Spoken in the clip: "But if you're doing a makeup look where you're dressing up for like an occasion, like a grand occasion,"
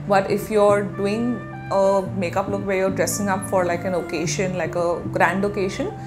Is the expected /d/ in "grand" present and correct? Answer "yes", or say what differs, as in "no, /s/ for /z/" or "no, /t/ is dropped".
yes